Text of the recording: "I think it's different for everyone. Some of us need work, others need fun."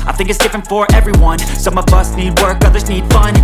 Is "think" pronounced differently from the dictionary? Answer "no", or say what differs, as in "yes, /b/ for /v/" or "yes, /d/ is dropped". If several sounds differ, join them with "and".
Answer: no